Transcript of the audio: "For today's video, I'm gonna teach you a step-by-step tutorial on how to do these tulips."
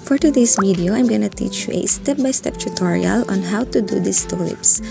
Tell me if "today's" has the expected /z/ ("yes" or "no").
no